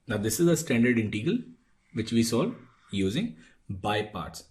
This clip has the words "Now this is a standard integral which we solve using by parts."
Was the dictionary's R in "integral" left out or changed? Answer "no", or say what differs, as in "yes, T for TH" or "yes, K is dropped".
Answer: yes, R is dropped